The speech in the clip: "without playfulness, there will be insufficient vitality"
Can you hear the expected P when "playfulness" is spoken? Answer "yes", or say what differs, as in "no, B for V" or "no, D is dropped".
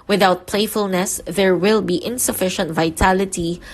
yes